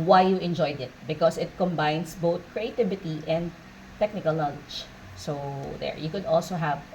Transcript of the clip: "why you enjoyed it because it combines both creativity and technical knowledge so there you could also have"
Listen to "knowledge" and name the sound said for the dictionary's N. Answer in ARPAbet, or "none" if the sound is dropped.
L